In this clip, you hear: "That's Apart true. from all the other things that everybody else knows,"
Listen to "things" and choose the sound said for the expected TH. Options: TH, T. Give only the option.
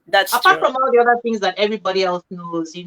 TH